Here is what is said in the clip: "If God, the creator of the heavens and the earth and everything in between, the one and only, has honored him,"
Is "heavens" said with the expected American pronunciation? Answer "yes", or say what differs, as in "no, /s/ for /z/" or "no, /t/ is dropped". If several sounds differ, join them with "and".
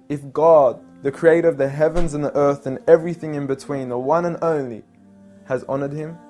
yes